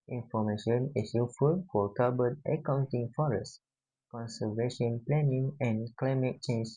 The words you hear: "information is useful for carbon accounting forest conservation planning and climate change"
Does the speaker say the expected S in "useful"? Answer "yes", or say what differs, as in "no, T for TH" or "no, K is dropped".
no, S is dropped